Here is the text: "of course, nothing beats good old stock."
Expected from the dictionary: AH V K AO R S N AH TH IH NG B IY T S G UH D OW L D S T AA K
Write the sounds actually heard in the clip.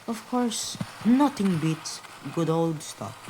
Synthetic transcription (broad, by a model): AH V K AO R S N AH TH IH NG B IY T G UH D OW L D S T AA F